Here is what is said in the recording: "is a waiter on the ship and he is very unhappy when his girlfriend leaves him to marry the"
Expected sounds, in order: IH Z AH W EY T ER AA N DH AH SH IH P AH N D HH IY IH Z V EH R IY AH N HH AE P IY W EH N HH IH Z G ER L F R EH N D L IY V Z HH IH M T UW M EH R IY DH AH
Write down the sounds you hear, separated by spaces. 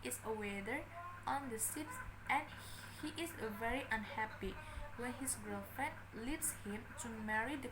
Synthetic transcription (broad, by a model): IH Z AH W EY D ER AA N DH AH S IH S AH N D HH IY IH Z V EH R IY AH N HH AE P IY W EH N HH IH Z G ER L F R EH N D L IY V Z HH IH M T UW M EH R IY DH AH